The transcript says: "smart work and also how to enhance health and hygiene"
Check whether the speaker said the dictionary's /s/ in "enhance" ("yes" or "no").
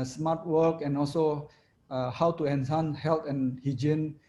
no